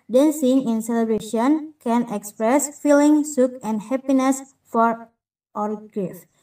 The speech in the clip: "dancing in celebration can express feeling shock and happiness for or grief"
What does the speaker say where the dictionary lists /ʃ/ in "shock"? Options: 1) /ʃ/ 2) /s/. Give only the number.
2